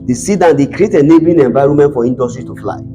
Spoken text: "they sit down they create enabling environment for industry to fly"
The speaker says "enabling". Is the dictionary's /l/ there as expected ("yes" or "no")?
no